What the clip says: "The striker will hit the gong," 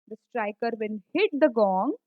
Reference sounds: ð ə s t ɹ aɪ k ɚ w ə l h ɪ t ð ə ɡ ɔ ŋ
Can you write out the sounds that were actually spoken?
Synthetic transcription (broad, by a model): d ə s t ɹ aɪ k ɚ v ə n h ɪ t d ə ɡ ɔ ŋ